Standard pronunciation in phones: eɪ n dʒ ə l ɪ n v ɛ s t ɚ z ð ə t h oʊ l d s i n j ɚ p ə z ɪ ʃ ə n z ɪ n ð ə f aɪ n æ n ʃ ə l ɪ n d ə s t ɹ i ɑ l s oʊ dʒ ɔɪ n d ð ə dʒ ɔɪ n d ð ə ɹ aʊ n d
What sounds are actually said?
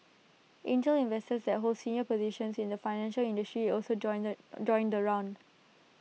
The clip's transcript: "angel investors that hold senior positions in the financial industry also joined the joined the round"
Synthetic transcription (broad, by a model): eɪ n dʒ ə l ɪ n v ɛ s t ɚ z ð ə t h oʊ l d s i n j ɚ p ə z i ʃ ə n s ɪ n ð ə f aɪ n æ n ʃ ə l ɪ n d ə s t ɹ i ɑ l s oʊ dʒ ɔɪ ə n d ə ɹ aʊ n d